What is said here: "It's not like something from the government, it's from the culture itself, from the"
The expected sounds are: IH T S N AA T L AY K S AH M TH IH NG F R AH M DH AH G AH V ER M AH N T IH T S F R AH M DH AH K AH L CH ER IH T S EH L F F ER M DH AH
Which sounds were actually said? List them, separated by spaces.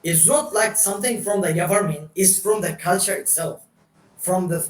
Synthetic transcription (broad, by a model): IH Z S N AA T L AY K S AH M TH IH NG F R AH M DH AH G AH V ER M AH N IH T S F R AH M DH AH K AH L CH ER IH T S EH L F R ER M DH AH